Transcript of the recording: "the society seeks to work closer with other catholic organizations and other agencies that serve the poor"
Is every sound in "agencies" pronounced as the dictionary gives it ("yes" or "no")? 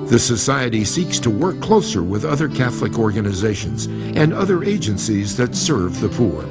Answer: yes